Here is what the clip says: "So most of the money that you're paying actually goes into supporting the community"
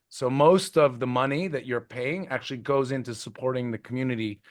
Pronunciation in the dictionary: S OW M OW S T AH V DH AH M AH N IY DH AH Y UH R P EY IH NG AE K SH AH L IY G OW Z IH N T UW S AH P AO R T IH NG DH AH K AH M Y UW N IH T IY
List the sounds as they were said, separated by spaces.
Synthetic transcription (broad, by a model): S OW M OW S T AH V DH AH M AH N IY DH AH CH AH R P EY IH NG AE K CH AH L IY G OW Z IH N T UW S AH P AO R T IH NG DH AH K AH M Y UW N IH T IY